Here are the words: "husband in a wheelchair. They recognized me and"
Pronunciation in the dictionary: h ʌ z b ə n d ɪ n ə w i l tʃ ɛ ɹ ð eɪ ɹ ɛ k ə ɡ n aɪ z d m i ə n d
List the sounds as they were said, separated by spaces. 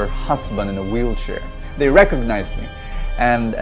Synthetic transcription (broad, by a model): h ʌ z b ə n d ɪ n ə w i l tʃ ɛ ɹ ð eɪ ɹ ɛ k ə ɡ n aɪ z d m i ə n